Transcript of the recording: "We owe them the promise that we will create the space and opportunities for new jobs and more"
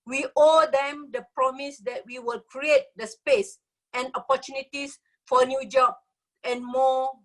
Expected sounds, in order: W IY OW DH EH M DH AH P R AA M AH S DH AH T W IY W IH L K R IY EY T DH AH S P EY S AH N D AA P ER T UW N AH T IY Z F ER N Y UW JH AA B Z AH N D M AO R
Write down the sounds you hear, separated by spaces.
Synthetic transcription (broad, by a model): W IY OW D EH M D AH P R AA M AH S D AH T W IY W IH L K R IY EY T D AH S P EY S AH N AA P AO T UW N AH T IY S F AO N Y UW JH AA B AH N M AO